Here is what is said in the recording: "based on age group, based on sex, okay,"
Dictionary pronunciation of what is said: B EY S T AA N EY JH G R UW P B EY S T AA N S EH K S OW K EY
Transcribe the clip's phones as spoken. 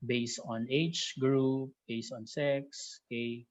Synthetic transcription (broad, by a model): B EY S T AA N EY CH G R UW P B EY S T AA N S EH K S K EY